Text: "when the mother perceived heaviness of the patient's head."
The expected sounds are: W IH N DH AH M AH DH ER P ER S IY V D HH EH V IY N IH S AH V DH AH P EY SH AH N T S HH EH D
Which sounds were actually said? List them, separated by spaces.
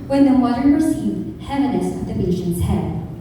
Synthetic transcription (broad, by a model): W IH N DH AH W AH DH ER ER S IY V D HH EH V IY N IH S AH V DH AH B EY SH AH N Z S HH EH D